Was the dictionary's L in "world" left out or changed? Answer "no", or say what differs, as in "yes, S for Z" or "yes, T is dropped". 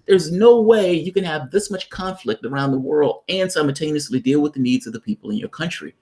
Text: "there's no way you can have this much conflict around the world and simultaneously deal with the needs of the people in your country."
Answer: no